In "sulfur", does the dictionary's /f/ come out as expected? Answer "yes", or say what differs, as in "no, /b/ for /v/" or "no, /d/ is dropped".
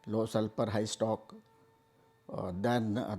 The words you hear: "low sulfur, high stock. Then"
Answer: no, /p/ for /f/